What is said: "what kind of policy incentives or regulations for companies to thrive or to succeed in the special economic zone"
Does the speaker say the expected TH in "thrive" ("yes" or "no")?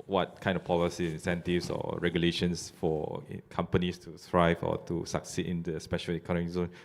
no